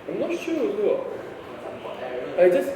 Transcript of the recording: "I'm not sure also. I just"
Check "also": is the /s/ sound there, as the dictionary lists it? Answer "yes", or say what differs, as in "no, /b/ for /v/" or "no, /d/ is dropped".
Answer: no, /s/ is dropped